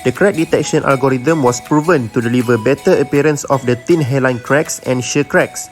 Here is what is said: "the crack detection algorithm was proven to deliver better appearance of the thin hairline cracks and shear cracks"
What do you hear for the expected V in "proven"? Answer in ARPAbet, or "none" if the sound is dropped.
V